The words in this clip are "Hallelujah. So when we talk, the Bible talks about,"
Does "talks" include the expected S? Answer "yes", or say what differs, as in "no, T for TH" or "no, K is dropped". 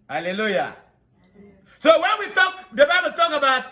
no, S is dropped